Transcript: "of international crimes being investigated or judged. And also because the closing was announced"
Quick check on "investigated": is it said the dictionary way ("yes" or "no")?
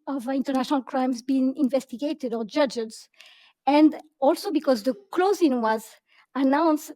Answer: yes